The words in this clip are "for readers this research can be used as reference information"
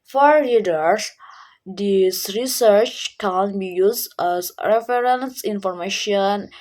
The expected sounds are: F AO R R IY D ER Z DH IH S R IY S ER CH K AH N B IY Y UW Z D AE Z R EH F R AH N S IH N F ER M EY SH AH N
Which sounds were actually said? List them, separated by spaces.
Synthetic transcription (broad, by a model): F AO R L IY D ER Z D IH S R IY S ER CH K AH N B IY Y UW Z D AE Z R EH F R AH N S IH N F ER M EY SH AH N